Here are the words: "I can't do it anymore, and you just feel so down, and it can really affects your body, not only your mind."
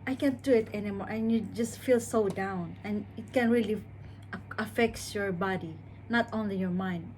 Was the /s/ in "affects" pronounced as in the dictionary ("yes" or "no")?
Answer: no